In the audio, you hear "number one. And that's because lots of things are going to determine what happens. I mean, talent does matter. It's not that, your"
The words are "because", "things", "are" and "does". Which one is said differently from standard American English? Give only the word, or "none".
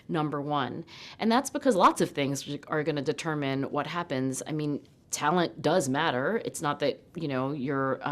none